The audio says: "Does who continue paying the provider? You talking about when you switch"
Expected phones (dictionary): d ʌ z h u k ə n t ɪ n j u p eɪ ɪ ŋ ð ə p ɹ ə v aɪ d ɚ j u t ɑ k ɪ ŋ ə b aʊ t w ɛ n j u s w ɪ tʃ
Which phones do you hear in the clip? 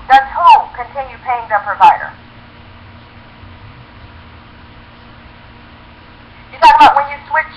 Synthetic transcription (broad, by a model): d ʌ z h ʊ k ə n t ɪ n j u p eɪ ɪ ŋ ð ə p ɹ ə v aɪ d ɚ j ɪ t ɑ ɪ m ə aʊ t w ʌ n j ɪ s w ɪ tʃ